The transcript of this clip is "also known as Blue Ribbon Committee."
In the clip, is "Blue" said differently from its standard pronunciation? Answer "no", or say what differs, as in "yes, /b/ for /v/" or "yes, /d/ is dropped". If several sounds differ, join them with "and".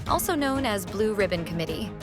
no